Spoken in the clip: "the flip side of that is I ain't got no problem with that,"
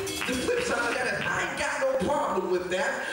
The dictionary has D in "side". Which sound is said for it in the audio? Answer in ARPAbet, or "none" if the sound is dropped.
none